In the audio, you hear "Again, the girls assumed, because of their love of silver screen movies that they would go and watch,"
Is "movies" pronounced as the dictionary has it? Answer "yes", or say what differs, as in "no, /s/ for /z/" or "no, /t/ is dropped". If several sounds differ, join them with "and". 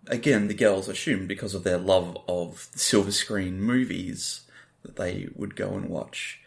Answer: yes